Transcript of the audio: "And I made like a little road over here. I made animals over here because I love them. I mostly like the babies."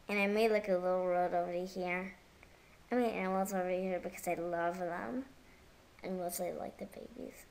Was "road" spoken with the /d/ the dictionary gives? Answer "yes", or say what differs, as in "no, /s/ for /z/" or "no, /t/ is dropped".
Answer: yes